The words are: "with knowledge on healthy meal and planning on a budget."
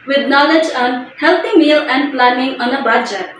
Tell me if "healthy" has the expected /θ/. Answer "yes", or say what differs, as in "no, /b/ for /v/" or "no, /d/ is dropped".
no, /t/ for /θ/